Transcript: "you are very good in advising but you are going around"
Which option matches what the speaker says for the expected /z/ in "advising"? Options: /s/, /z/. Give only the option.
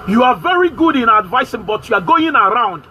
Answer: /s/